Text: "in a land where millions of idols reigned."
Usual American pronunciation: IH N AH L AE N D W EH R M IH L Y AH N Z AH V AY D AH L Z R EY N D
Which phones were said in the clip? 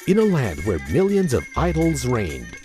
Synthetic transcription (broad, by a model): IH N AH L AE N D W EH R M IH L Y AH N Z AH V AY D L Z R EY N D